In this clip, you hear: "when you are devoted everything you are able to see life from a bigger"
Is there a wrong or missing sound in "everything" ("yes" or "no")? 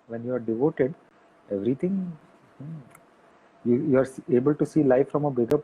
yes